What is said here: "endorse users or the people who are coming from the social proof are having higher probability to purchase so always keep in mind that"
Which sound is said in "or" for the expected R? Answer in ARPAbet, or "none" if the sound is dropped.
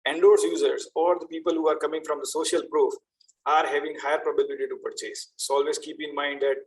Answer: R